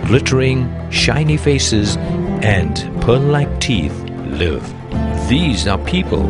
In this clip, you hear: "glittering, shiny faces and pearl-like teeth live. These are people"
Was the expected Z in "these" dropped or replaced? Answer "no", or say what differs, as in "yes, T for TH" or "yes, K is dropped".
no